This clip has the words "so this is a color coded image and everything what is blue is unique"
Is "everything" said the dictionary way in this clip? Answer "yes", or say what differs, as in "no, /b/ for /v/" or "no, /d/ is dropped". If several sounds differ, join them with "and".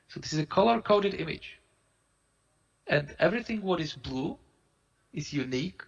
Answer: yes